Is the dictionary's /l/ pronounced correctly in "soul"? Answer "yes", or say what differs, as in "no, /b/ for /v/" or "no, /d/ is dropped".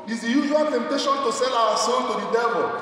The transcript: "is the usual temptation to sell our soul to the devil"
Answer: no, /n/ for /l/